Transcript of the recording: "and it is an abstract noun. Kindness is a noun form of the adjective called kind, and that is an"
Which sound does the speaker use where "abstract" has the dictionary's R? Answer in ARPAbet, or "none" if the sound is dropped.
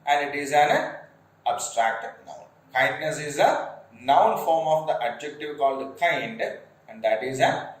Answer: R